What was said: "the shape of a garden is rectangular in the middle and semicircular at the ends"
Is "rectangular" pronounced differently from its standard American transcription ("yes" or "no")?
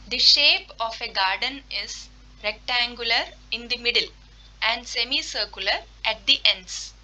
no